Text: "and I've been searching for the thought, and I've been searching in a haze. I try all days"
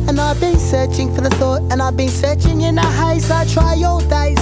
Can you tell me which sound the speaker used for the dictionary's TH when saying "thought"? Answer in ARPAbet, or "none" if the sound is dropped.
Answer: TH